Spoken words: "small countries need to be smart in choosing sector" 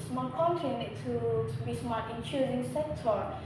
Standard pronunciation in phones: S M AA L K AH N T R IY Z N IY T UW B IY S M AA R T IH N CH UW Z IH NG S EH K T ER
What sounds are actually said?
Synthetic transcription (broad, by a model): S M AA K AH T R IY N IY T UW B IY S M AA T IH N CH UW Z IH NG S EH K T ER